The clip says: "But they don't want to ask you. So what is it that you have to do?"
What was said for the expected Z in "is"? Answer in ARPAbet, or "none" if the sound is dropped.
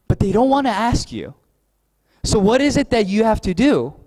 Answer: Z